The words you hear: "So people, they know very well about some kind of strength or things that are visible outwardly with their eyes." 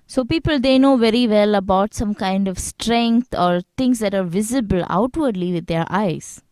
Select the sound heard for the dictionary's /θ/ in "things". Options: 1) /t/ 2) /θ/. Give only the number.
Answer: 1